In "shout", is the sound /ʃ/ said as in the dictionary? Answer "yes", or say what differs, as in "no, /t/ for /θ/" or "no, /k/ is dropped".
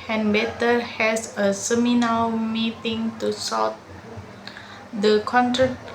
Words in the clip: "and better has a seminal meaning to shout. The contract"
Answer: no, /s/ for /ʃ/